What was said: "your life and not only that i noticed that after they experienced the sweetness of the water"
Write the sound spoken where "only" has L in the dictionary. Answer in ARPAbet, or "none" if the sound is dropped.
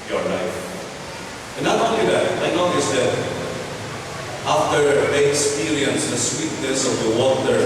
none